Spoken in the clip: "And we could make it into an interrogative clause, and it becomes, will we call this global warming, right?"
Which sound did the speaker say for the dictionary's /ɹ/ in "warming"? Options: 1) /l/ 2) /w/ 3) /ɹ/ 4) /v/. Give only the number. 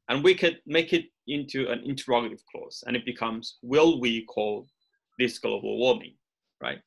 2